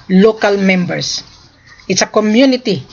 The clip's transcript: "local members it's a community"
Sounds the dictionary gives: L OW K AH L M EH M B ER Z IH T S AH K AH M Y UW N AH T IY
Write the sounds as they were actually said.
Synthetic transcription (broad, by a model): L OW K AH L M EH M B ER S IH T S AH K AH M Y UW N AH T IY